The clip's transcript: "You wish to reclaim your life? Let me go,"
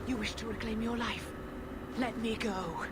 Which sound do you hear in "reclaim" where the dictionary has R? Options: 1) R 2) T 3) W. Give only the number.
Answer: 3